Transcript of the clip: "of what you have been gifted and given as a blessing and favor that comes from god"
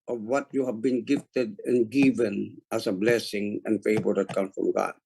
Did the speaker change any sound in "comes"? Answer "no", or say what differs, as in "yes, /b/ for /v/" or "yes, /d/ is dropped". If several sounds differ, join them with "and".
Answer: yes, /z/ is dropped